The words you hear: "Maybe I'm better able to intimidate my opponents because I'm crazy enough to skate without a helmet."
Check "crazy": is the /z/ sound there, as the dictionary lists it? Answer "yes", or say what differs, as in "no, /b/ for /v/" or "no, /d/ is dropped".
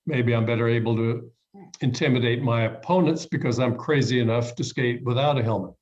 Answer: yes